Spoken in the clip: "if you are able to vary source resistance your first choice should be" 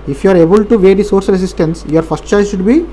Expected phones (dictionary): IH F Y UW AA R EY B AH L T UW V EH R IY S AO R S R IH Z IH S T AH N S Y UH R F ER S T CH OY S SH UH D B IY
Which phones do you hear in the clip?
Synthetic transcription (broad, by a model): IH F Y UW AA R EY B AH L T UW V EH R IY S AO R S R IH S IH S T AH N S Y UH R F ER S T CH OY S SH UH D B IY